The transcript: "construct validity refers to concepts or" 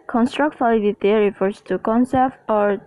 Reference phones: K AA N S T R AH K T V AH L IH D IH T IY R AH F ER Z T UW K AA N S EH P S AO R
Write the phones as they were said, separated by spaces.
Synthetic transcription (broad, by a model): K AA N S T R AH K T F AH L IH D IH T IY R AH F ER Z T UW K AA N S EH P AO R